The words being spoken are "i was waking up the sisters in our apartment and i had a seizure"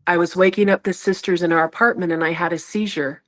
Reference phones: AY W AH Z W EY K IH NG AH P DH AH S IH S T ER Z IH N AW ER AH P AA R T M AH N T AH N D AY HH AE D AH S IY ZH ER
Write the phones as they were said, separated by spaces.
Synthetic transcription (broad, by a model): AY W AH Z W EY K IH NG AH P DH AH S IH S T ER Z IH N AW ER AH P AA R T M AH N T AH N AY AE D AH S IY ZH ER